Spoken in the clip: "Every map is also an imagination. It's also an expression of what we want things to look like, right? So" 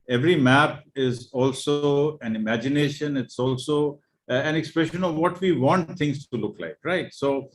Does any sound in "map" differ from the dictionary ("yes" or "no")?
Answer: no